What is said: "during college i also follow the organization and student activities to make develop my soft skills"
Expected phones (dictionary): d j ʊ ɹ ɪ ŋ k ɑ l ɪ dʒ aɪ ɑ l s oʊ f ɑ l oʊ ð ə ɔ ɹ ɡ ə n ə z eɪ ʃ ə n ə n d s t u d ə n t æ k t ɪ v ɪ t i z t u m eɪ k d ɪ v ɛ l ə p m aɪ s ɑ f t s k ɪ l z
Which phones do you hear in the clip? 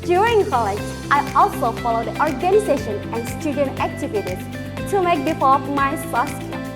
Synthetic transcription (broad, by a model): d j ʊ ɹ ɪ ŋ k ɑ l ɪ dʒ aɪ ɑ l s oʊ f ɑ l oʊ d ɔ ɹ ɡ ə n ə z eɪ ʃ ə n ə n d s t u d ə n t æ k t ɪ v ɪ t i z t u m eɪ k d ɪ f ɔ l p m aɪ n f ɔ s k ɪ